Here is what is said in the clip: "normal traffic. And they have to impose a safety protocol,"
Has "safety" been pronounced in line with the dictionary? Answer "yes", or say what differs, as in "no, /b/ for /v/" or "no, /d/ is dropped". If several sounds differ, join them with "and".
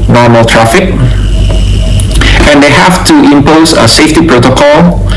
yes